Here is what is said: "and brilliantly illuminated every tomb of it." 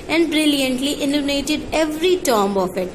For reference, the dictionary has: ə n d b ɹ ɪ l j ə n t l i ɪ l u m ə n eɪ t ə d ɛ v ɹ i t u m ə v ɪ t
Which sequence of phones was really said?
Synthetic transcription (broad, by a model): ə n d b ɹ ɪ l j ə n t l i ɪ n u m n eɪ t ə d ɛ v ɹ i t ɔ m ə f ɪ t